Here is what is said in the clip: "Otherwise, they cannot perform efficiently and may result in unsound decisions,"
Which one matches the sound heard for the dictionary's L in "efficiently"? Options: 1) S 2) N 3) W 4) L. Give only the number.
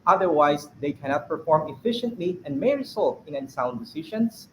2